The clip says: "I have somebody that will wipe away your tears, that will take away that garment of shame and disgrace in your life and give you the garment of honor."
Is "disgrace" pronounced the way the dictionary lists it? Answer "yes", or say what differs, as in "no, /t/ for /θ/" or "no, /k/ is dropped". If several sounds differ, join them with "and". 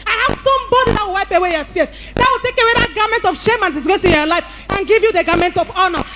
no, /ɹ/ is dropped